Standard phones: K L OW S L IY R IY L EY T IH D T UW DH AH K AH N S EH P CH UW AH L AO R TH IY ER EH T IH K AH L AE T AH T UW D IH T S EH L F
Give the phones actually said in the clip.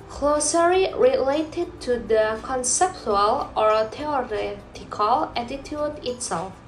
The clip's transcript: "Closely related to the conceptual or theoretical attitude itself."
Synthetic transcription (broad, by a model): K L OW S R IY R IY L EY T IH D T UW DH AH K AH N S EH P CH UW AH L AO R T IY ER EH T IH K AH L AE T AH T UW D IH T S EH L F